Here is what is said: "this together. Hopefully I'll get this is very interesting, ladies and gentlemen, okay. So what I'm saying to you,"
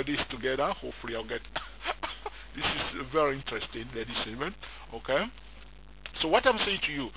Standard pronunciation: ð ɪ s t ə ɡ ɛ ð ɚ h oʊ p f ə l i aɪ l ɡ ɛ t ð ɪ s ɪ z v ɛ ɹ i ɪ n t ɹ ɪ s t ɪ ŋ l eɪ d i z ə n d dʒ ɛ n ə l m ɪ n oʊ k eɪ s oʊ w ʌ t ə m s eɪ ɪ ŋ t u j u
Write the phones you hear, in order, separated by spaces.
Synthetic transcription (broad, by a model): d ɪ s t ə ɡ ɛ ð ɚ h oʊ f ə l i aɪ l ɡ ɛ t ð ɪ s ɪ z v ɛ ɹ i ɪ n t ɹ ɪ s t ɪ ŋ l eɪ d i s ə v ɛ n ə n oʊ k eɪ s oʊ w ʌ t ə m s eɪ ɪ ŋ t u j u